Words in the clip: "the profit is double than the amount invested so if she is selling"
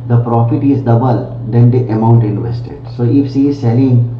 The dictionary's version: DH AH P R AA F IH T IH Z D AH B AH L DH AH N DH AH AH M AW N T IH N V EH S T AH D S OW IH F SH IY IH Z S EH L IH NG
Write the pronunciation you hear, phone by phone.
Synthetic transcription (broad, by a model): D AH P R AA F IH T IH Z D AH B AH L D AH N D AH AH M AW N T IH N V EH S T AH D S OW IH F S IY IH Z S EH L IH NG